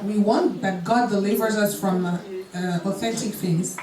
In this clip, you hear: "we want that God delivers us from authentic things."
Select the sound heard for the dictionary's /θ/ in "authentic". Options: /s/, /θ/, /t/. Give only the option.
/θ/